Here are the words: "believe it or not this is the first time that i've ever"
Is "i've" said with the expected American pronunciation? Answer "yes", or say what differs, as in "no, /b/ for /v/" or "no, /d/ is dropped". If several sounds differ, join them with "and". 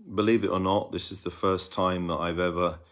yes